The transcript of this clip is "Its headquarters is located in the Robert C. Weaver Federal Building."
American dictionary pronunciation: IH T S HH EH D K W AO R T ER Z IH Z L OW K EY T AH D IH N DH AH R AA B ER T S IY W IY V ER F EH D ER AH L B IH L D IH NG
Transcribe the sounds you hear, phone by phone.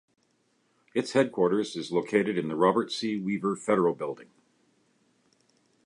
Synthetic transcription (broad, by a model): IH T S HH EH D K W AO R T ER Z IH Z L OW K EY T AH D IH N DH AH R AA B ER T S IY W IY V ER F EH D ER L B IH L D IH NG